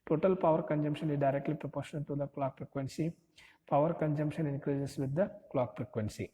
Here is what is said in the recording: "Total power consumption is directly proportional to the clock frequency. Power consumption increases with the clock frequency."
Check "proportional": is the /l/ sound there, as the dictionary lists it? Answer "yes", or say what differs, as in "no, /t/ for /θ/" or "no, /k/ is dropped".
no, /n/ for /l/